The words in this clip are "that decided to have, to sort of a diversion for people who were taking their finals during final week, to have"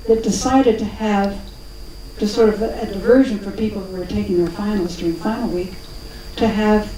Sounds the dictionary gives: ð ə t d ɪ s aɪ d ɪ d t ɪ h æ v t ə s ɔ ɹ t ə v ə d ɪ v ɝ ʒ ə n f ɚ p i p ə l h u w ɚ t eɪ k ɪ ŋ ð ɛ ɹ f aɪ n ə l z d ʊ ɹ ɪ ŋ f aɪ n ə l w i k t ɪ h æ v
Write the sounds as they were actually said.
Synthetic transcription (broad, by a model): ð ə t d ɪ s aɪ d ɪ d t ɪ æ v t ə s ɔ ɹ t ə v ə d ɪ v ɝ ʒ ə n f ɚ p i p l h u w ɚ t eɪ k ɪ ŋ ð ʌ ɹ f aɪ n l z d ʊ ɹ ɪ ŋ f aɪ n l w i k t ɪ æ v